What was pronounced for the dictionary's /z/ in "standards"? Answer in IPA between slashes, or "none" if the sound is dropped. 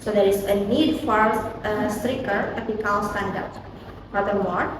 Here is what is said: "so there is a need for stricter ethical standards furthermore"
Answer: none